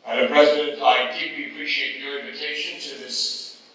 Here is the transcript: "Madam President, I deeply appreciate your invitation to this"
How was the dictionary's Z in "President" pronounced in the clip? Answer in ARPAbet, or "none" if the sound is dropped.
Z